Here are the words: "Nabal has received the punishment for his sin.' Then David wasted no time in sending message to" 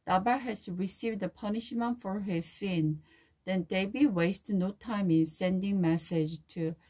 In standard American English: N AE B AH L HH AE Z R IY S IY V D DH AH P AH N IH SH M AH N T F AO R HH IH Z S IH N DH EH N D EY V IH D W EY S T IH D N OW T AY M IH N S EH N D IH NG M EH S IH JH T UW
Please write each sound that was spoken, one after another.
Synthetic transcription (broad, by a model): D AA B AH HH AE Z R IY S IY V D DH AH P AH N IH SH M AH N T F AO R HH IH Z S IH N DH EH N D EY B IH W EY S T N OW T AY M IH N S EH N D IH NG M EH S IH JH T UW